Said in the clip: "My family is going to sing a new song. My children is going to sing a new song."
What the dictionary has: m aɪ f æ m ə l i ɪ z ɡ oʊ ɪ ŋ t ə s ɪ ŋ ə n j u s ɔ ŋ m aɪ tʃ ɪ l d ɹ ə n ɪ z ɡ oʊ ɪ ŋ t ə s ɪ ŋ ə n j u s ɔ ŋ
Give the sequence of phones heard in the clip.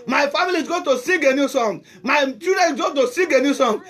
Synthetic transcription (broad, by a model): m aɪ f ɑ m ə l i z ɡ oʊ t ə s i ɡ ə n j u s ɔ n m aɪ tʃ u d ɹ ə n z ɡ oʊ t ə s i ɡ ə n j u s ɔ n